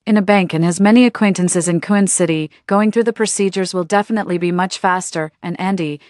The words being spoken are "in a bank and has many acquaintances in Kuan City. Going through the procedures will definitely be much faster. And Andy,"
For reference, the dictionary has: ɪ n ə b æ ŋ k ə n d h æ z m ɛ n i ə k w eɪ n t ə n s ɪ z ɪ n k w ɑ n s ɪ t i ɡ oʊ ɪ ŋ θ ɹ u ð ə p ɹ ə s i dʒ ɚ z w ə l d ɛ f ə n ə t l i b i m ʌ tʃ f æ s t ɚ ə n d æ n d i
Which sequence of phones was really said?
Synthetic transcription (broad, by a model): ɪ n ə b æ ŋ k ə n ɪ z m ɛ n i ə k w eɪ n t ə n s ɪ z ɪ n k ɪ n s ɪ t i ɡ oʊ ɪ ŋ θ ɹ u ð ə p ɹ ə s i dʒ ɚ z w ə l d ɛ f ə n ə t l i b i m ʌ tʃ f æ s t ɚ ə n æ n d i